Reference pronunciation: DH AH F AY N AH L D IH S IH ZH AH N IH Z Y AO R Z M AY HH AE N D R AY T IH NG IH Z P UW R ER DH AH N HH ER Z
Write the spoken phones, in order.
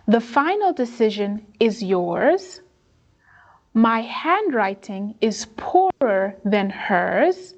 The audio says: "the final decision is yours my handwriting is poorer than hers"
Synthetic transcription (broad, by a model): DH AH F AY N L D IH S IH ZH AH N IH Z Y AO R Z M AY HH AE N D R AY T IH NG IH Z P UW R ER DH AH N HH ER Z